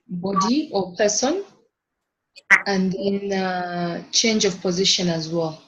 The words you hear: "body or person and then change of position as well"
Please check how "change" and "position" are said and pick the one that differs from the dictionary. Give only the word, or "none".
none